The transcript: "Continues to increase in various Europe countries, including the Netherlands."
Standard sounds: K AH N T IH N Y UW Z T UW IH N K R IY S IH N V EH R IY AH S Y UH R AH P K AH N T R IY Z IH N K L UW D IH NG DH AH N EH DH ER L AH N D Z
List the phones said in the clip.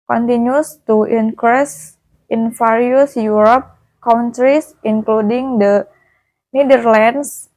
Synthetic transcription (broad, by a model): K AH N T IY N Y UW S T UW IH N K R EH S IH N F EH R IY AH S Y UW R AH P K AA N T R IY S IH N K L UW D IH NG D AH N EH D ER L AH N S